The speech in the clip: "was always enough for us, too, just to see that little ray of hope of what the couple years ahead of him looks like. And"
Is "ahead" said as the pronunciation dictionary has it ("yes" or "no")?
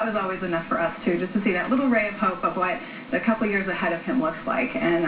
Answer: yes